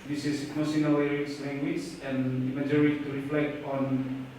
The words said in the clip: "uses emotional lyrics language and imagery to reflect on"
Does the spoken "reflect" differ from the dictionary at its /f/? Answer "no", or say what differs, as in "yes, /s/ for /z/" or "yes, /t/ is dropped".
no